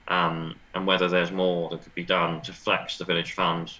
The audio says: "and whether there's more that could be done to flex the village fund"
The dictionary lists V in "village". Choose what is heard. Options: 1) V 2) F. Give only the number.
1